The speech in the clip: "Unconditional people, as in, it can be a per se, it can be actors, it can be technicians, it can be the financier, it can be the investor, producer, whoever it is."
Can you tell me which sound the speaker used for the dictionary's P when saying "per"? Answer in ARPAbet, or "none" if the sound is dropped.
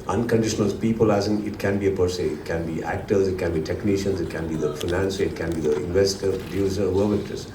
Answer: P